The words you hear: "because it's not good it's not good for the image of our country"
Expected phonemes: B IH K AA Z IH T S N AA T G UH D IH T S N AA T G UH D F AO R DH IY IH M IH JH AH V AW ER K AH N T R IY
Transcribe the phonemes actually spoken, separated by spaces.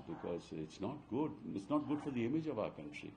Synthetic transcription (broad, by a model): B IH K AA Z IH T S N AA T G UH D IH T S N AA T G UH D F AO R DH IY IH M IH JH AH V AW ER K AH N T R IY